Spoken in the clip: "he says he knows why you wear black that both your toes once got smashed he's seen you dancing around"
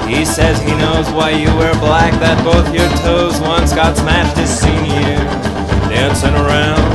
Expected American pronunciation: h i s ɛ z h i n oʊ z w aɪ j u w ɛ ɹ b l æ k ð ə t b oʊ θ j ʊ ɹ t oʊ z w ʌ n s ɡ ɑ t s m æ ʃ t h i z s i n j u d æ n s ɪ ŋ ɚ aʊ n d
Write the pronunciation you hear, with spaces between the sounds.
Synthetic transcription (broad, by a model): h i s ɛ z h i n oʊ z w aɪ j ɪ w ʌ ɹ b l æ k ð ə t b oʊ θ j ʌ ɹ t oʊ z w ʌ n s ɡ ɑ t s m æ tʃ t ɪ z s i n j u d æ n s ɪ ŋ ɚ aʊ n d